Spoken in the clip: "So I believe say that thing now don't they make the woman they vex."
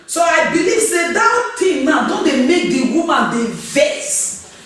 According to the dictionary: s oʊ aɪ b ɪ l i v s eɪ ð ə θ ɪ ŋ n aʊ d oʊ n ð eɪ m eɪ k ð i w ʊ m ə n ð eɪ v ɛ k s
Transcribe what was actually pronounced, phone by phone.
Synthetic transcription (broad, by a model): s oʊ aɪ b ɪ l i v s eɪ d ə t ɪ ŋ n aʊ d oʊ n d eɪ m eɪ k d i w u m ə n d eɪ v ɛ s